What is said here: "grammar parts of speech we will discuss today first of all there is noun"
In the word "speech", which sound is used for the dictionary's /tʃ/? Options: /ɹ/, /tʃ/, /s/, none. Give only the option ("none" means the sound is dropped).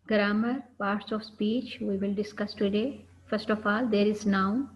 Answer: /tʃ/